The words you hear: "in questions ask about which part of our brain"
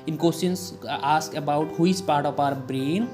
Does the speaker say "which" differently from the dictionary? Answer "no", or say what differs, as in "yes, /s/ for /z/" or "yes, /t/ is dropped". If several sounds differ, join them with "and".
yes, /s/ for /tʃ/